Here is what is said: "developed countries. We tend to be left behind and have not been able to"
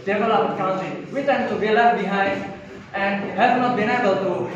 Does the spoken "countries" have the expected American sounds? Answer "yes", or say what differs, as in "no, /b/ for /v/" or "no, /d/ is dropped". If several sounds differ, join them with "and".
no, /ɹ/ is dropped